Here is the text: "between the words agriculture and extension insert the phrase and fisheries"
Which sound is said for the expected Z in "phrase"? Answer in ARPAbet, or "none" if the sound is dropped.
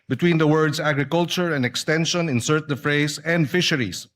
S